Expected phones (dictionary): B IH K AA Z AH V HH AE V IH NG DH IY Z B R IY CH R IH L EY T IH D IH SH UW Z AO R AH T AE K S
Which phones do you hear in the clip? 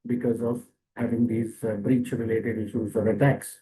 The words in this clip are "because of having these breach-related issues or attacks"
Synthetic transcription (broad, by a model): B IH K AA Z AH V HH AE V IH NG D IY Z B R IY CH R IH L EY T IH D IH SH UW Z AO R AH T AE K S